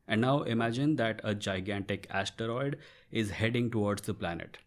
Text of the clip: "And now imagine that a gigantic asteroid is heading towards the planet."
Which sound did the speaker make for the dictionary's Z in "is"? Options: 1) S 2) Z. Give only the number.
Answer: 2